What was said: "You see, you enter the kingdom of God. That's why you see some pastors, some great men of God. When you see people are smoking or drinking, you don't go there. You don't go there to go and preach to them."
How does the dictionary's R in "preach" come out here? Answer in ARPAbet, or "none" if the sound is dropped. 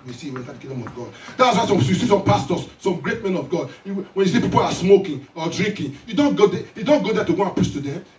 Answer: none